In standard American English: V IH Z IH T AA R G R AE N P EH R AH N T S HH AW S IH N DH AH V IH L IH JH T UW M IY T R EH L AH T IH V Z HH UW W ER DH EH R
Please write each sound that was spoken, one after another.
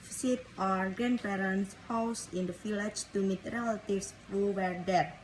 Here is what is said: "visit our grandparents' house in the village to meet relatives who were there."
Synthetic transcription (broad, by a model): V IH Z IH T AA R G R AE N P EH R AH N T S HH AW S IH N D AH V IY L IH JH T UW M IY T R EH L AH T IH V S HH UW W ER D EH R